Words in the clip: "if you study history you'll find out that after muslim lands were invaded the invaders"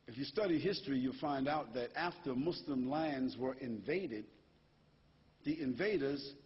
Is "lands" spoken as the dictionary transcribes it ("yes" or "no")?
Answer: yes